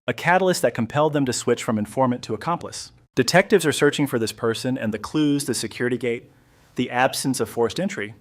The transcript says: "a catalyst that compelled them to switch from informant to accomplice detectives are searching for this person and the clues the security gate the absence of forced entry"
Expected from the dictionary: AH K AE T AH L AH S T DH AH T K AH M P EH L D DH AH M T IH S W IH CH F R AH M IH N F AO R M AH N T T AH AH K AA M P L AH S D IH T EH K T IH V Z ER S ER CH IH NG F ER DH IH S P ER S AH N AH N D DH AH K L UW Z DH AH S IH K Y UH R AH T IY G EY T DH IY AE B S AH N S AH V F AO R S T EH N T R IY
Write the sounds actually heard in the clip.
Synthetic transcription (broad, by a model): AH K AE T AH L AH S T DH AH T K AH M P EH L D DH AH M T IH S W IH CH F R AH M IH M F AO R M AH N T T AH AH K AA M P L AH S D IH T EH K T IH V Z ER S ER CH IH NG F ER DH IH S P ER S AH N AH N DH AH K L UW Z DH AH S IH K Y UH R AH T IY G EY T DH IY AE B S AH N S AH V F AO R S T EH N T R IY